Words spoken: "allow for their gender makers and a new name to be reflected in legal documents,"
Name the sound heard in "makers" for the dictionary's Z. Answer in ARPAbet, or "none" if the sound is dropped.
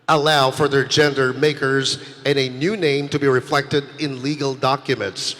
Z